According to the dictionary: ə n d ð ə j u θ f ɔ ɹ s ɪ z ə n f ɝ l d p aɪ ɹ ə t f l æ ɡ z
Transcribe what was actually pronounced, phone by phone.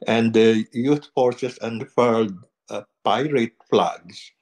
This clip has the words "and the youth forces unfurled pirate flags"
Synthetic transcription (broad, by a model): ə n d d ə j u t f ɔ ɹ s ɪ s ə n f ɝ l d p aɪ ɹ ə t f l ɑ ɡ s